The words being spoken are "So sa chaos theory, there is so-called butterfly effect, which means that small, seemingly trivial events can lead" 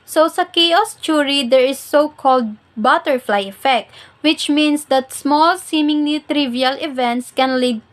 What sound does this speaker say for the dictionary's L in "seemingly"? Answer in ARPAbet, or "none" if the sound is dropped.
N